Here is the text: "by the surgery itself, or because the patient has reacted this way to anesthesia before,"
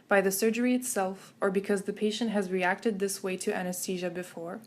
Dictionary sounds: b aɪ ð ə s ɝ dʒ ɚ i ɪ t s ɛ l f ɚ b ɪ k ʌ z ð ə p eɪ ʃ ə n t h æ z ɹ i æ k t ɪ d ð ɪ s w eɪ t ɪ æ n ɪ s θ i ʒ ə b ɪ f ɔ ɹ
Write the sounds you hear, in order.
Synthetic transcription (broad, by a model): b aɪ ð ə s ɝ dʒ ɚ i ɪ t s ɛ l f ɚ b ɪ k ʌ z ð ə p eɪ ʃ ə n t h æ z ɹ i æ k t ɪ d ð ɪ s w eɪ t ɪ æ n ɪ s t i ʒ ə b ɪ f ɔ ɹ